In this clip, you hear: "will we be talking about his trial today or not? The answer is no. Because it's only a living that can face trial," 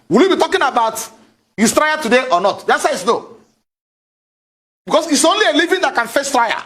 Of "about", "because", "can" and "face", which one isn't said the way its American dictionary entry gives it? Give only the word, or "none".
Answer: because